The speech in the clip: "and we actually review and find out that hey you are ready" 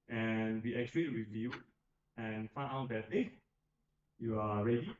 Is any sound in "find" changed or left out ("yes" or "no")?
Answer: yes